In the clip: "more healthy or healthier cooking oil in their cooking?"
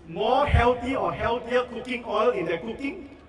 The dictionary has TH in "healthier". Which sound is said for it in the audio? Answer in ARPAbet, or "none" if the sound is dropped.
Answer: T